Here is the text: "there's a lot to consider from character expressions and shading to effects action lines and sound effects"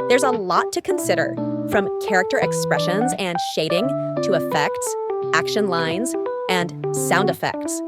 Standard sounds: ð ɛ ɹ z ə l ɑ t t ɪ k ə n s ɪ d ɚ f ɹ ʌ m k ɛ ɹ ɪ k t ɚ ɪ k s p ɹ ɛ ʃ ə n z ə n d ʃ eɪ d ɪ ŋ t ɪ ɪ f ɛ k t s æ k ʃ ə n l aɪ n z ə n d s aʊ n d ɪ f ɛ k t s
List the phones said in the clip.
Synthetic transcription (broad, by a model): ð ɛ ɹ z ə l ɑ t t ɪ k ə n s ɪ d ɚ f ɹ ʌ m k ɛ ɹ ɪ k t ɚ ɪ k s p ɹ ɛ ʃ ə n z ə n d ʃ eɪ d ɪ ŋ t ɪ ɪ f ɛ k t s æ k ʃ ə n l aɪ n z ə n s aʊ n d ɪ f ɛ k t s